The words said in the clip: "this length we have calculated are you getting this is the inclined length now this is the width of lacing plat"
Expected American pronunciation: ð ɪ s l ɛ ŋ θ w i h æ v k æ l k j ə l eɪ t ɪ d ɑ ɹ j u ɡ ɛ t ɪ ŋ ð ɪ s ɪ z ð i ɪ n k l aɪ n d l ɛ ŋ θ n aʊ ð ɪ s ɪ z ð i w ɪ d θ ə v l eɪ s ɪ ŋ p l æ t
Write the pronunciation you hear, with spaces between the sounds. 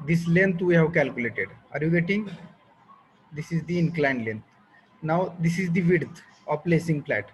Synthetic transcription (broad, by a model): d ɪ s l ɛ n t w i h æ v k æ l k j ə l eɪ t ɪ d ɑ ɹ j u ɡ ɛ t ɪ ŋ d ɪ s ɪ z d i ɪ n k l aɪ n d l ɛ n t n aʊ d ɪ s ɪ z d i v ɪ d t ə p l eɪ s ɪ ŋ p l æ t